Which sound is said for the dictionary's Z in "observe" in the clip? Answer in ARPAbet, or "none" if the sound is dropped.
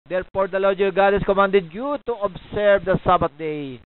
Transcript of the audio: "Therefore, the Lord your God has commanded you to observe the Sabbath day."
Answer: S